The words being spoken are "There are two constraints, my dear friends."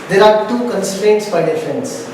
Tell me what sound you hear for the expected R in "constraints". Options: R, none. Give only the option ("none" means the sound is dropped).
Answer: R